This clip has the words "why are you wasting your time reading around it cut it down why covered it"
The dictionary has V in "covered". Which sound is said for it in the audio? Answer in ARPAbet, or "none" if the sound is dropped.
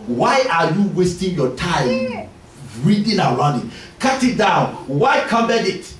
B